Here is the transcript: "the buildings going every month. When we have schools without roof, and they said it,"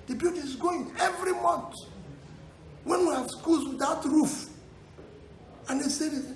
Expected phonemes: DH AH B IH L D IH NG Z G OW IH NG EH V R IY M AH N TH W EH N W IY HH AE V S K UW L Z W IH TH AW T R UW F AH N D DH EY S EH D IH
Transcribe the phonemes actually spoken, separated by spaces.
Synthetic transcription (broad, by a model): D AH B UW D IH Z G OW IH NG EH V R IY M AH N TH W EH N W IY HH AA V S K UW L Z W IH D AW T R UW F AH N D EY S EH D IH